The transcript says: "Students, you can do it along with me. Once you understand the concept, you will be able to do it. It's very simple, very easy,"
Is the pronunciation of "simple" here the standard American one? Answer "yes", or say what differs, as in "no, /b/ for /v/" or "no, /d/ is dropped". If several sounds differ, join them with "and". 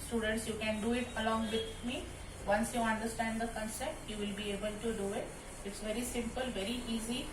yes